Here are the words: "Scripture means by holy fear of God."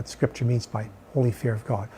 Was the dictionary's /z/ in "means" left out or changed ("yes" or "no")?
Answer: no